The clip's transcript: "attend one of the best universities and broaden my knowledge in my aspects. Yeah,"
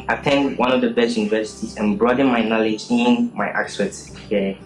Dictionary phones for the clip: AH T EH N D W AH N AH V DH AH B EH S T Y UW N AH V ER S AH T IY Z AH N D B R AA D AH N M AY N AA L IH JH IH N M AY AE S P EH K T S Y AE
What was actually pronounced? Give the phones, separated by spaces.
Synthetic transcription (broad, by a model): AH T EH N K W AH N AH V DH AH B EH S T Y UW N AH V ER S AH T IY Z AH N B R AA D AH M AY N AA L IH JH IH N M AY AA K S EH T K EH